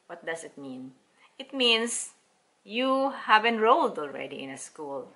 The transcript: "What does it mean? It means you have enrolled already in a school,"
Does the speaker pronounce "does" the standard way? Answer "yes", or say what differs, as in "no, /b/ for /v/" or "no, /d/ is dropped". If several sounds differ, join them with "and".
no, /s/ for /z/